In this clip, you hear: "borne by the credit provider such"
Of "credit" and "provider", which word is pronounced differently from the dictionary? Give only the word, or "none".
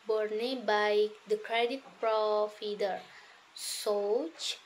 provider